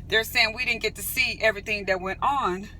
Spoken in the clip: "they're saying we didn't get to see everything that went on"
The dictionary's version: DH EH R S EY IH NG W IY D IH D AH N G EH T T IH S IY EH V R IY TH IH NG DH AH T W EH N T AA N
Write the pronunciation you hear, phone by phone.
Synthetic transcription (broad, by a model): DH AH R S EY IH NG W IY D IH D N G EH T T IH S IY EH V R IY TH IH NG DH AH T W EH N T N